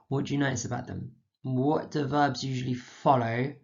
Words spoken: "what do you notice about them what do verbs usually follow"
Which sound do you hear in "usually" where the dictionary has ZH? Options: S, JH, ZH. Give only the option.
ZH